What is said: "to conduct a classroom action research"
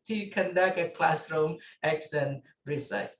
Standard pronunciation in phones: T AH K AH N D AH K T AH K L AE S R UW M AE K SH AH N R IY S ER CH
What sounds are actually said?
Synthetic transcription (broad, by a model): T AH K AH N D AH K AH K L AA S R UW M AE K S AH N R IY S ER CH